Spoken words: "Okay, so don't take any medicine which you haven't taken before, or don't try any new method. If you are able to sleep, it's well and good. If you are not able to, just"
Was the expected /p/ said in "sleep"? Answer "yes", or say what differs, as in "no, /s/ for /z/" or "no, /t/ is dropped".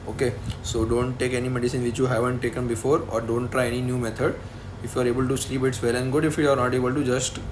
no, /b/ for /p/